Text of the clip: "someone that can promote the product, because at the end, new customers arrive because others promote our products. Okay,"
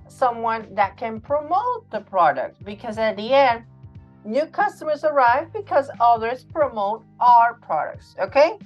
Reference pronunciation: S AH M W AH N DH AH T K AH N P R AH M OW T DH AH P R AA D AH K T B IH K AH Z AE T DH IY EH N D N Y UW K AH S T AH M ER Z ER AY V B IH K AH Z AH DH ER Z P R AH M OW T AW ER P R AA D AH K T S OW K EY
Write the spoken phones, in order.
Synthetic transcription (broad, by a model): S AH M W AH N DH AH T K AH N P R AH M OW T DH AH P R AA D AH K T B IH K AH Z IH T DH IY EH N D N Y UW K AH S T AH M ER Z ER AY V B IH K AH Z AH DH ER Z P R AH M OW T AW ER P R AA D AH K T S OW K EY